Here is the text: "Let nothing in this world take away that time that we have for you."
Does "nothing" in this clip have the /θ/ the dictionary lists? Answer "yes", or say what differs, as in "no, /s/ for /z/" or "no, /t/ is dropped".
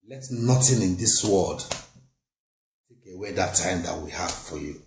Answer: no, /t/ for /θ/